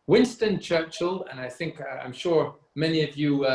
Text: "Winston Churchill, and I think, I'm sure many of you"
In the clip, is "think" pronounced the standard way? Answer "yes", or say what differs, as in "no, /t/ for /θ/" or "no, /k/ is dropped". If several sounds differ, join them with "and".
yes